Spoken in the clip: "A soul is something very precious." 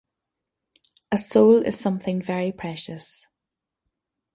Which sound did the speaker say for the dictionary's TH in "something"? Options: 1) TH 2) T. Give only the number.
1